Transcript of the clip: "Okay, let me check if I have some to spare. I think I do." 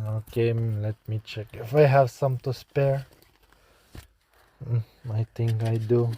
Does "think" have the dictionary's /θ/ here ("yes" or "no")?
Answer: no